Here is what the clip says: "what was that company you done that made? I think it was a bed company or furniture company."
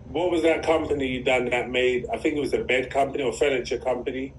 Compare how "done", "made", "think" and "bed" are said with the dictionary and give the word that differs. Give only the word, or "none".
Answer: none